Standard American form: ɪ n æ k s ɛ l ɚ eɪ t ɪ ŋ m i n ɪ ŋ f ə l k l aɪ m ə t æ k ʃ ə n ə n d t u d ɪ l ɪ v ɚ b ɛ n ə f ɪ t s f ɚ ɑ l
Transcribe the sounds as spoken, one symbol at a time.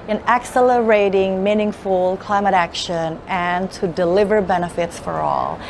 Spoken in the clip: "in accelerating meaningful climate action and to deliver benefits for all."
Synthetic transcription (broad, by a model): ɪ n æ k s ɛ l ɚ eɪ t ɪ ŋ m i n ɪ ŋ f ə l k l aɪ m ə t æ k ʃ ə n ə n t u d ɪ l ɪ v ɚ b ɛ n ə f ɪ t s f ɚ ɑ l